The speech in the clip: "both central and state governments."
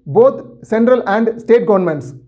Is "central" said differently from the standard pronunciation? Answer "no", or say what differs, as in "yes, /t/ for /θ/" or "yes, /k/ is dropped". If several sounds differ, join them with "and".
no